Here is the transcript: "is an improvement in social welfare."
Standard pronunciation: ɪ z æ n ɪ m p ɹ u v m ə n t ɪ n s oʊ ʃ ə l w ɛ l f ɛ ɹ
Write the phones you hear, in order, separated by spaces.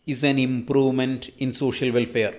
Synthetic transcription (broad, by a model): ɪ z æ n ɪ m p ɹ u v m ə n t ɪ n s oʊ ʃ ə l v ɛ l f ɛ ɹ